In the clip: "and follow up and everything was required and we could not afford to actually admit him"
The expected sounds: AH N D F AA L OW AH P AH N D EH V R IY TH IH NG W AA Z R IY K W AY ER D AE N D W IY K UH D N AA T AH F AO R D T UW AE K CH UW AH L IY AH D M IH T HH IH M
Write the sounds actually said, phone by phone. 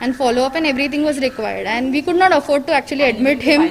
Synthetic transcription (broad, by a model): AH N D F AA L OW AH P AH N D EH V R IY T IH NG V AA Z R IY K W AY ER D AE N D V IY K UH D N AA T AH F AO R D T UW AE K CH UW AH L IY AH D M IH T HH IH M